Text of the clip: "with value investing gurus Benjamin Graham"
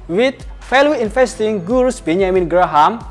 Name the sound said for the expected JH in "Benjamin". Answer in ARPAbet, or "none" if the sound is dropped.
none